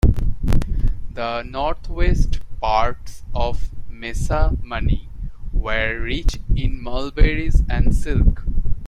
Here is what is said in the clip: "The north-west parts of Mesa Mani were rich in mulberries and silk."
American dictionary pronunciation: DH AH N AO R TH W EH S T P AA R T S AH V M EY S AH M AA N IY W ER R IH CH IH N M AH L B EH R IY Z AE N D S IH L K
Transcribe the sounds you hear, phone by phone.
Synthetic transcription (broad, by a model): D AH N AO R T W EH S T P AA R T S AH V M EY S AH M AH N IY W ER R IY CH IH N M AH L B EH R IY Z AE N D S IH L K